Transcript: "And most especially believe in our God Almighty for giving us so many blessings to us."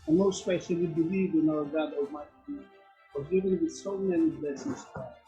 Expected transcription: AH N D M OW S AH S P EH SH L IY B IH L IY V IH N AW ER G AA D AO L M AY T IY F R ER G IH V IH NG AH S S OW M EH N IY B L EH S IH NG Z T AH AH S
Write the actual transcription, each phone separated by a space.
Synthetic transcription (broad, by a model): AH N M OW AH S P EH SH L IY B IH L IY V IH N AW ER G AA D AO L M AY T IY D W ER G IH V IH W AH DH S OW M EH N IY B L EH S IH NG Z T AH